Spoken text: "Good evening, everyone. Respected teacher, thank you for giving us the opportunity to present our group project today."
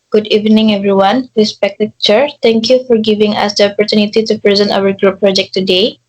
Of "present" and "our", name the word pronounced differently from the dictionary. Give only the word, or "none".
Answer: none